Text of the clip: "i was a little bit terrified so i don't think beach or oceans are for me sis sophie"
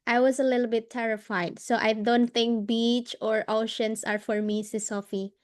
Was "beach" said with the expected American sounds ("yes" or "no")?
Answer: yes